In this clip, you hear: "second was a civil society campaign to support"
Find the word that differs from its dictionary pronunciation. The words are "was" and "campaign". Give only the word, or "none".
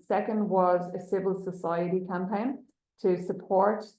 none